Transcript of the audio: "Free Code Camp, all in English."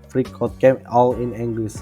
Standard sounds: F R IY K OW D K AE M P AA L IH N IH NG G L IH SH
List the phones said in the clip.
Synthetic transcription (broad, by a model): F R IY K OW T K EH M AA L IH N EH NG G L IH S